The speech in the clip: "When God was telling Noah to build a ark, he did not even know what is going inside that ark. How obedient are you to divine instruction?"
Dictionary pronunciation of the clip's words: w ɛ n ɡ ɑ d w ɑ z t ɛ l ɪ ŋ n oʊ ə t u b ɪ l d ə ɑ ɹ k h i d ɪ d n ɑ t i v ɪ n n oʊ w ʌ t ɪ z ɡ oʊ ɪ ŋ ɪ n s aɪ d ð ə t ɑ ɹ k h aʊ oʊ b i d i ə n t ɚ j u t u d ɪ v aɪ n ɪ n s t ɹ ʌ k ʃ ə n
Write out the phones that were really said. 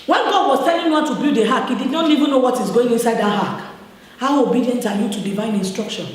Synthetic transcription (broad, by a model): w ɛ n ɡ ɑ d w ɑ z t ɛ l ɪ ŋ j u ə t u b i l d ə ɑ k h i d ɪ d n ɑ t i v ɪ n n oʊ w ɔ t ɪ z ɡ oʊ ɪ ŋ ɪ n s aɪ d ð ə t ɑ k h aʊ oʊ b i d i ə n t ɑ j u t u d ɪ v aɪ n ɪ n s t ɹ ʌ k ʃ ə n